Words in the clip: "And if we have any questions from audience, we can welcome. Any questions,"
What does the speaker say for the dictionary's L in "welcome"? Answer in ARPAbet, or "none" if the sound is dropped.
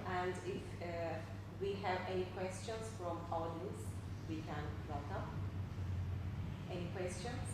none